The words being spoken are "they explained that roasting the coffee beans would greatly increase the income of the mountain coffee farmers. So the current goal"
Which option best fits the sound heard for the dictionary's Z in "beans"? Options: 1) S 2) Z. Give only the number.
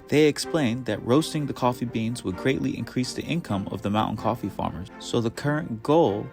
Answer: 2